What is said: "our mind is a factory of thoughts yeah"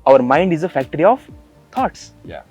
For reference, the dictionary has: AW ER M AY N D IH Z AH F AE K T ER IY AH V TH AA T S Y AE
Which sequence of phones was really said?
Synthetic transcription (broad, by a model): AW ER M AY N D IH Z AH F AE K T ER IY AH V T AA T S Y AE